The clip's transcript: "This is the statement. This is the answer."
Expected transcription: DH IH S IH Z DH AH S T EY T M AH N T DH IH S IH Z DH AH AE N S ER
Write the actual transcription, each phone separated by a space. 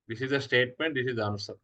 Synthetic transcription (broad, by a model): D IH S IH Z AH S T EY T M AH N T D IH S IH Z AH N S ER